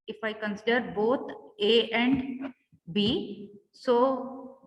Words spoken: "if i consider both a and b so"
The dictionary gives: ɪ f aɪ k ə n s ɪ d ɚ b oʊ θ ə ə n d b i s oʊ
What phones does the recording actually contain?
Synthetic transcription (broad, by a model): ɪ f aɪ k ə n s ɪ d ɚ b oʊ t ə ə n d b i s oʊ